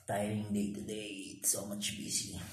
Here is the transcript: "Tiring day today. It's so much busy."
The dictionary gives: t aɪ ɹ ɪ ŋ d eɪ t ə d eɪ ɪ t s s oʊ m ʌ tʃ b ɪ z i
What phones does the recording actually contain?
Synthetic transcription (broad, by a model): t aɪ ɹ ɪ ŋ d eɪ t ə d eɪ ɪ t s s oʊ m ʌ tʃ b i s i